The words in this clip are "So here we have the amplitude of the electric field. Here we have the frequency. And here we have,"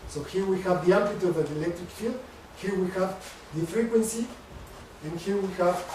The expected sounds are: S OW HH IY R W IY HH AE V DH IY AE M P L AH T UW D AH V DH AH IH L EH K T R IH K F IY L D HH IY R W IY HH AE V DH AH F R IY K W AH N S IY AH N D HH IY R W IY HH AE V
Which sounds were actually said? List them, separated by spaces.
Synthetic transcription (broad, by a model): S OW HH IY R W IY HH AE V DH IY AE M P AH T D AH V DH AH IH L EH K T R IH K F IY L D HH IY R W IY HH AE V DH AH F R IY K W AH N S IY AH N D HH IY R W IY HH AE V